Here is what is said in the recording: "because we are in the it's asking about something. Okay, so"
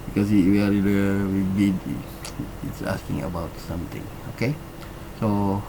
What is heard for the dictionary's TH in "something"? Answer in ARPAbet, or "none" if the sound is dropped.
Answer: T